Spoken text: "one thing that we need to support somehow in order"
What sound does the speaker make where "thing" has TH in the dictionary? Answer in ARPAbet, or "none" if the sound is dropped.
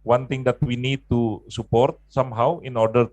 T